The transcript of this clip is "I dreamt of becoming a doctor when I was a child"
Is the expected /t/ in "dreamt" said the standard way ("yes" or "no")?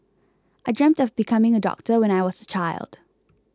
yes